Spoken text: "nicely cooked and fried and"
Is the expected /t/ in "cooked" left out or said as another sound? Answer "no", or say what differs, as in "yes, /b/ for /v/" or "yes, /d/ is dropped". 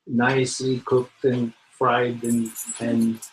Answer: no